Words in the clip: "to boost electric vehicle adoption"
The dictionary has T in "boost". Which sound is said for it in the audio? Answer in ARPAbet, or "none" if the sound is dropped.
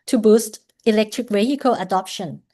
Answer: T